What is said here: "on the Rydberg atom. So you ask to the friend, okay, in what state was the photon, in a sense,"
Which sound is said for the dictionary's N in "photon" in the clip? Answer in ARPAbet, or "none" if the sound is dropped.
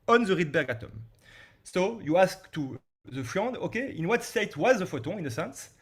none